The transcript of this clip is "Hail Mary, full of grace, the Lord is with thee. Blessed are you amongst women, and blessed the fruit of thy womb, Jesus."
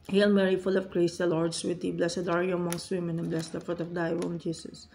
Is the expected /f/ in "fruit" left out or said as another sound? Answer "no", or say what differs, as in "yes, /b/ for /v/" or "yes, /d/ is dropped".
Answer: no